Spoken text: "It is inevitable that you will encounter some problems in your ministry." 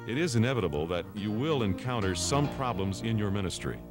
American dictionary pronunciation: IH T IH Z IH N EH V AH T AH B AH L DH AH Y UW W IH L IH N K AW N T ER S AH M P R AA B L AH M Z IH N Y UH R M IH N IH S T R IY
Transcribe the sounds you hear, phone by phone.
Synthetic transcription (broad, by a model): IH T IH Z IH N EH V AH T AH B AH L DH AH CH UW W IH L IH N K AW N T ER S AH M P R AA B L AH M Z IH N Y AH R M IH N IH S T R IY